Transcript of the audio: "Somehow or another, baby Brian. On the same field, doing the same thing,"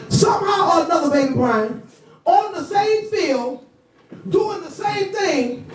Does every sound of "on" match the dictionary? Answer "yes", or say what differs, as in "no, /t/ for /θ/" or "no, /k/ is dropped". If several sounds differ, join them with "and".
no, /l/ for /n/